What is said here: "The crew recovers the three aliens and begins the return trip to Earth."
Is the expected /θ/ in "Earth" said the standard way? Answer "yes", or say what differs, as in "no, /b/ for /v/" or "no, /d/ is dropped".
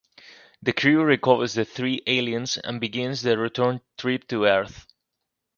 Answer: yes